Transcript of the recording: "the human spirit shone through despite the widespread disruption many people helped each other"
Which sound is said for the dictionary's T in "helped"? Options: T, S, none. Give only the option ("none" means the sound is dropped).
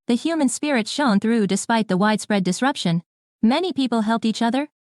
T